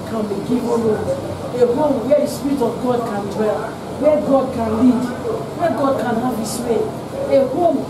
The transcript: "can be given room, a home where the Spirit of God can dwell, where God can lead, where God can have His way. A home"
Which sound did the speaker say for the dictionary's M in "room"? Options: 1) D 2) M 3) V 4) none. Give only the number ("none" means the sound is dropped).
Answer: 4